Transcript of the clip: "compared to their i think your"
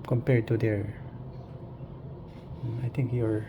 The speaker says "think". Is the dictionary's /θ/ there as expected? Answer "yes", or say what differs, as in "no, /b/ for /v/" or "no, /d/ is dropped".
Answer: no, /t/ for /θ/